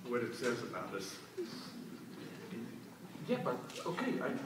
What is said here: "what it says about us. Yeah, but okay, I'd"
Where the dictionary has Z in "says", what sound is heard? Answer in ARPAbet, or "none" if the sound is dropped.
Z